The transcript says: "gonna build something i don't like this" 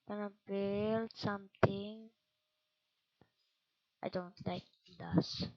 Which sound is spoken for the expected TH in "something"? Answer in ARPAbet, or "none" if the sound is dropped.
T